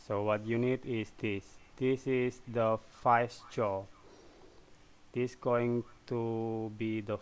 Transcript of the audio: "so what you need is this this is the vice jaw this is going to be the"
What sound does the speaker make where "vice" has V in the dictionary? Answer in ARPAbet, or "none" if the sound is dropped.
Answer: F